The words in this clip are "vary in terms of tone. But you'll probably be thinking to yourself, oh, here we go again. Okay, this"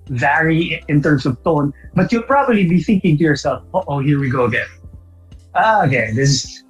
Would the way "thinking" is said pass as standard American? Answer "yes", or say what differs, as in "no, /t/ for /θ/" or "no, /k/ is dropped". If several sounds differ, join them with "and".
yes